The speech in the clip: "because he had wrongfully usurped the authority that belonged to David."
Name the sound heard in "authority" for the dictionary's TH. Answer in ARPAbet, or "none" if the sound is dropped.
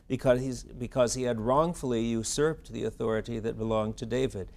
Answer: TH